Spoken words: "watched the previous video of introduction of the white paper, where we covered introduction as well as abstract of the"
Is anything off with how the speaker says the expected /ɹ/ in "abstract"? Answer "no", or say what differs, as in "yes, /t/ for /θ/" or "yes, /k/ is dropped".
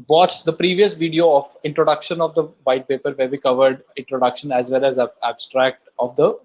no